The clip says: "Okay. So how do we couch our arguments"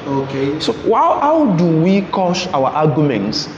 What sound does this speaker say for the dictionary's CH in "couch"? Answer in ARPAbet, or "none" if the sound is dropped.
SH